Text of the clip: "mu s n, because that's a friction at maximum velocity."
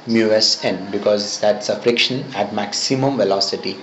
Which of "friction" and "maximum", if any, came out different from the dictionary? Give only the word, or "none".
none